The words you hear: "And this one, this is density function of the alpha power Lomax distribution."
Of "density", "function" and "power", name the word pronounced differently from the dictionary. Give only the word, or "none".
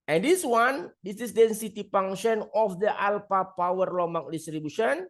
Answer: function